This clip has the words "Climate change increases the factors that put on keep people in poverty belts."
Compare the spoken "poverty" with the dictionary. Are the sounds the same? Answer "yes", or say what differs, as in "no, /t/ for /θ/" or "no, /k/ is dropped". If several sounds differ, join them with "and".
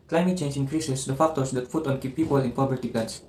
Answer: no, /b/ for /v/